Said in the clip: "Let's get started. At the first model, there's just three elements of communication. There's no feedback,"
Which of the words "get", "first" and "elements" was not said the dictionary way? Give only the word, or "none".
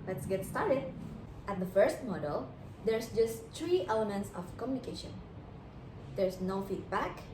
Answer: none